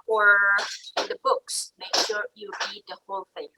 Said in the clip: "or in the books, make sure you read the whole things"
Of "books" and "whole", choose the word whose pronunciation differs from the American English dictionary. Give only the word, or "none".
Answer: none